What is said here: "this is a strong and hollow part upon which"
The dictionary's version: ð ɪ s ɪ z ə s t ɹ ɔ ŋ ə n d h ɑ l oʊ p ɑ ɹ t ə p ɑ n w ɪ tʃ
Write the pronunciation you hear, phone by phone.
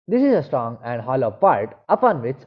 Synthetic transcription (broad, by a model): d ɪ s ɪ z ə s t ɹ ɔ ŋ ə n d h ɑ l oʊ p ɑ ɹ t ə p ɑ n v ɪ tʃ